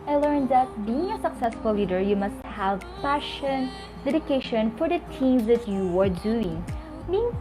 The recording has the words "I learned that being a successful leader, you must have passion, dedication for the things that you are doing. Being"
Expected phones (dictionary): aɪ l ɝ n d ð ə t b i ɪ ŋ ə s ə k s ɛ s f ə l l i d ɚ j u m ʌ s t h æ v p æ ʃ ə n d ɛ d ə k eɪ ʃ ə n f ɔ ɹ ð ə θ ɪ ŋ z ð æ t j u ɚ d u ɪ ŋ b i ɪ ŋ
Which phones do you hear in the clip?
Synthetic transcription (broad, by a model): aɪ l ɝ n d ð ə t b i ɪ ŋ ə s ə k s ɛ s f ə l l i d ɚ j u m ʌ s t h æ v p æ ʃ ə n d ɛ d ə k eɪ ʃ ə n f ɔ ɹ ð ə t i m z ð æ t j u ɚ d u ɪ ŋ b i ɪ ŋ